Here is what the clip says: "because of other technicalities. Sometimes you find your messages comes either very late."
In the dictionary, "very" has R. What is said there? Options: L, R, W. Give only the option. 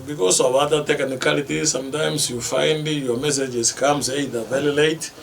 L